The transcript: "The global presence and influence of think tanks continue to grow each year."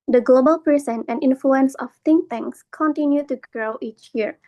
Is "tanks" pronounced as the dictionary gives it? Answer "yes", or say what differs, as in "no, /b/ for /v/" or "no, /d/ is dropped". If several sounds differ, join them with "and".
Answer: no, /k/ is dropped